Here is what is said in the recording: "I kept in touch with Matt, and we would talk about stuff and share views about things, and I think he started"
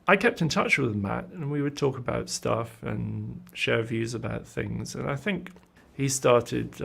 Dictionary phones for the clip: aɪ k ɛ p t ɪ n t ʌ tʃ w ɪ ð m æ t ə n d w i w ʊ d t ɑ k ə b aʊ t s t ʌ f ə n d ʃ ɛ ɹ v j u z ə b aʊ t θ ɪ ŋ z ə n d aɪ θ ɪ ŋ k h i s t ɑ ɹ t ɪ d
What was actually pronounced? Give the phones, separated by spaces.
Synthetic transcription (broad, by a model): aɪ k ɛ p t ɪ n t ʌ tʃ w ɪ ð m æ t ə n w i w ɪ d t ɑ k ə b aʊ t s t ʌ f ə n ʃ ɛ ɹ v j u z ə b aʊ t θ ɪ ŋ z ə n aɪ θ ɪ ŋ k h i s t ɑ ɹ t ɪ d